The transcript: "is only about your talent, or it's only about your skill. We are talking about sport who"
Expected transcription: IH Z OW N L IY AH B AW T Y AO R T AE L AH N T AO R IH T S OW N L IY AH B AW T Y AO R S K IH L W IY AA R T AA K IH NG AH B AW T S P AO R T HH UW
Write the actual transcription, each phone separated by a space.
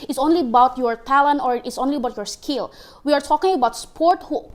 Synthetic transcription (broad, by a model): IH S OW N L IY AH B AW T Y AO R T AE L AH N T AO R IH T S OW N L IY AH B AW T Y AO R S K IH L W IY AA R T AA K IH NG AH B AW T S P AO R T HH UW